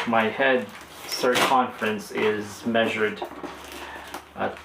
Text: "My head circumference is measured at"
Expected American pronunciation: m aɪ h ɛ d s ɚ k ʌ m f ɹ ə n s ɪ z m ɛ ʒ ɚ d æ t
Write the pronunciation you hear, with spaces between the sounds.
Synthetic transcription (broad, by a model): m aɪ h ɛ d s ɚ k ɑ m f ɹ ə n s ɪ z m ɛ ʒ ɚ d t